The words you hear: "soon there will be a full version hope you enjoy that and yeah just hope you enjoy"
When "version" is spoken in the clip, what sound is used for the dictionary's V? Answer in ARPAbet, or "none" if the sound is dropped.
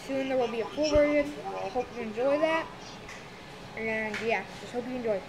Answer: W